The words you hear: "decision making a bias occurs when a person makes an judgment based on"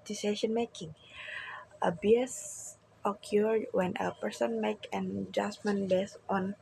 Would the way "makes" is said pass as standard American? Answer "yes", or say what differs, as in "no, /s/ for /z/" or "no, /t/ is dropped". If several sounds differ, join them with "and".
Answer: no, /s/ is dropped